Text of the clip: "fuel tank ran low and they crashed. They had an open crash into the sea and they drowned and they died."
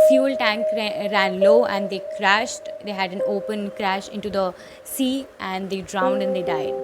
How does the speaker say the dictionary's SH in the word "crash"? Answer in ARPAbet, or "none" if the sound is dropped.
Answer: SH